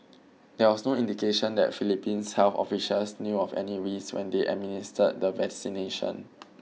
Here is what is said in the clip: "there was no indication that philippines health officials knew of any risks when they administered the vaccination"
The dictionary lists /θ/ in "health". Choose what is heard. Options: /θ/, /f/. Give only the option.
/f/